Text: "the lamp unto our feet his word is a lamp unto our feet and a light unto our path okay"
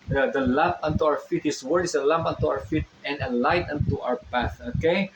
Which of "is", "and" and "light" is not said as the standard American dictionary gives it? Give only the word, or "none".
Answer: is